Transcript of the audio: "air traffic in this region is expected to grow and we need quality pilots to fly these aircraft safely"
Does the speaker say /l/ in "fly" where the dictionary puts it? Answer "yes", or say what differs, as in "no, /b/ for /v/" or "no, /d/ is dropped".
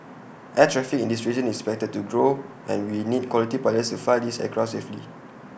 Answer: no, /l/ is dropped